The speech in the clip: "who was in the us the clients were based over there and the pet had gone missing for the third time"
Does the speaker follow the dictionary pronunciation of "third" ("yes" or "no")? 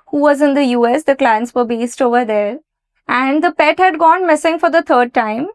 no